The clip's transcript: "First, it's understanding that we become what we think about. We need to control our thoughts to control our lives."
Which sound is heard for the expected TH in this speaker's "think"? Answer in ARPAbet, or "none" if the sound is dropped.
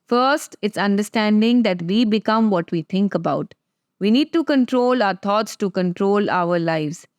T